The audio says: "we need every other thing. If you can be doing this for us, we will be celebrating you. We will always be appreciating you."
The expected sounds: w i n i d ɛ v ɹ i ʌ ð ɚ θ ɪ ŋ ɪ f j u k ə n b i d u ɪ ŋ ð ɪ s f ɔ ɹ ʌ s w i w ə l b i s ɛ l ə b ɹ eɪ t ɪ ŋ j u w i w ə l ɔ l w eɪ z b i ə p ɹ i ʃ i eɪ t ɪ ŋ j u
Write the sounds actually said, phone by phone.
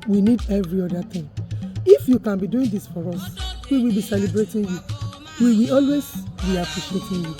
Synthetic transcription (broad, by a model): w i n i d ɛ v ɹ i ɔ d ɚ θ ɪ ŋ ɪ f j u k ə n b i d u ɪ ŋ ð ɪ s f ɔ ɹ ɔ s w i w ə l b i s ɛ l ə b ɹ eɪ t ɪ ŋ j u w i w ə ɔ l w eɪ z b i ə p l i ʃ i eɪ t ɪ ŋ j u